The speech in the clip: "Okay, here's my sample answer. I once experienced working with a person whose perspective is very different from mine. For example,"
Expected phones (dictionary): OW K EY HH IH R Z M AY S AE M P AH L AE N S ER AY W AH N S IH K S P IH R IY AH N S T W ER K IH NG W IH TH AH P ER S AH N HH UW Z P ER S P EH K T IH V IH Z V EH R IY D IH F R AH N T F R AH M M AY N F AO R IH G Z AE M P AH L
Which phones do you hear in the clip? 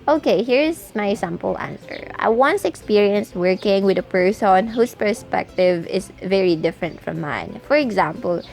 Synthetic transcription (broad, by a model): OW K EY HH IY R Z M AY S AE M P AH L AE N S ER AY W AH N S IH K S P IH R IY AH N S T W ER K IH NG W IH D AH P ER S AH N HH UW S P ER S P EH K T IH V IH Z V EH R IY D IH F R AH N T F R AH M M AY N F AO R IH G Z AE M P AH L